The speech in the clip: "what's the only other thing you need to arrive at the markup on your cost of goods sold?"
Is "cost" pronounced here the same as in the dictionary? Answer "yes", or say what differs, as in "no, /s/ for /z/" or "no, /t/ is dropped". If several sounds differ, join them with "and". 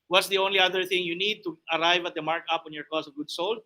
no, /t/ is dropped